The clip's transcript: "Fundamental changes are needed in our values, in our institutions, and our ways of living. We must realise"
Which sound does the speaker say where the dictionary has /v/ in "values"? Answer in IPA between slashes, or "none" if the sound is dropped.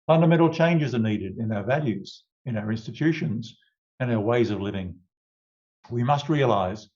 /v/